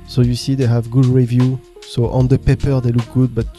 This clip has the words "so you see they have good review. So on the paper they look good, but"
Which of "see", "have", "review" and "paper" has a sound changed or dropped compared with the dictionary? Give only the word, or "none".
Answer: none